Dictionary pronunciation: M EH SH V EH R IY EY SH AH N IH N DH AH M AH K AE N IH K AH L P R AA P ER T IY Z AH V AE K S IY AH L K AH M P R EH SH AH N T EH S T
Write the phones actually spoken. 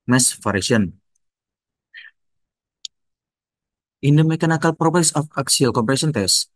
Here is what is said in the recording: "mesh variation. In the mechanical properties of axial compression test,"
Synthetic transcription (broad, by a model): M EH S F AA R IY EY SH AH N IH N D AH M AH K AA N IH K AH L P R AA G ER S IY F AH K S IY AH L K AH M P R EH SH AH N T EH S